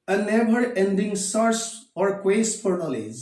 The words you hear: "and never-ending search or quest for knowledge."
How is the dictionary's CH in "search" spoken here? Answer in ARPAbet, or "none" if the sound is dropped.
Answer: S